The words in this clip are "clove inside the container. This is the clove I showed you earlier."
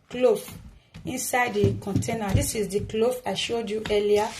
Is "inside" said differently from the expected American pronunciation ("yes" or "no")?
no